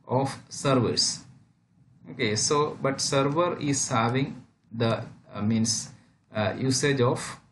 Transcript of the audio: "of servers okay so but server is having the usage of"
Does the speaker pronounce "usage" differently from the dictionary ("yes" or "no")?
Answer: no